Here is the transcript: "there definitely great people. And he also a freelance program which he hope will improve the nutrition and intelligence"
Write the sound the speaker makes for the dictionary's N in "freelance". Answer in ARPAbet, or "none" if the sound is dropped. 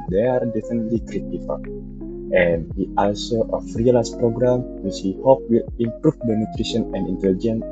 none